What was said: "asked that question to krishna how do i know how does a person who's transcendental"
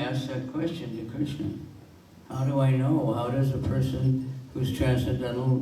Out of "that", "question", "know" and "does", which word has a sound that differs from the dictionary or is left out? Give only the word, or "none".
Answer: none